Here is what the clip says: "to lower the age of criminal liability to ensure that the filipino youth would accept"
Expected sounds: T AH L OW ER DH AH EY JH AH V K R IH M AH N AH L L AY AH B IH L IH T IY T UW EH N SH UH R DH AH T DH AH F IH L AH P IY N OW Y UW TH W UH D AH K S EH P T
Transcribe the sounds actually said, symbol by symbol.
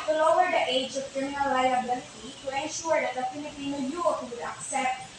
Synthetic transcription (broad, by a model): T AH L OW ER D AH EY JH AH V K R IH M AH N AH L L AY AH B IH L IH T IY T UW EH N SH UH R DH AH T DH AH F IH N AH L IY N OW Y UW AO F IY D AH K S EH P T